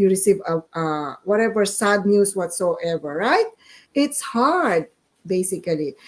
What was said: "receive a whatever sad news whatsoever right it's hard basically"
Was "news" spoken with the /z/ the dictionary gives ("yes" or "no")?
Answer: no